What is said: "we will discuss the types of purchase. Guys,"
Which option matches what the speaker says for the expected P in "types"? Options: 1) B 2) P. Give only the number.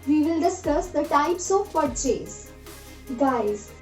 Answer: 2